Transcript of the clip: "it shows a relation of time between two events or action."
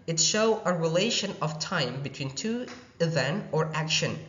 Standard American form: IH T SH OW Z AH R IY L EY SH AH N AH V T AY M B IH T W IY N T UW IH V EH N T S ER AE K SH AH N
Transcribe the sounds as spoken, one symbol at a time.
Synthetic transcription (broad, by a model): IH T SH OW AH R IY L EY SH AH N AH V T AY M B IH T W IY N T UW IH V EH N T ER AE K SH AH N